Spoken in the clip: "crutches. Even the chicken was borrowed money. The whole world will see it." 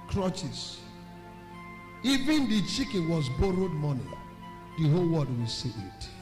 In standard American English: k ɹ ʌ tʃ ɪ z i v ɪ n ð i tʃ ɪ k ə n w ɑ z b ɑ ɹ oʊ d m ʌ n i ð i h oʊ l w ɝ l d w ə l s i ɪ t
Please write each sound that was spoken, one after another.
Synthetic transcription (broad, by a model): k ɹ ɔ tʃ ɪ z i v ɪ n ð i tʃ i k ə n w ɑ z b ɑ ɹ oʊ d m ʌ n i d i h oʊ l w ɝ d w ə l s i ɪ t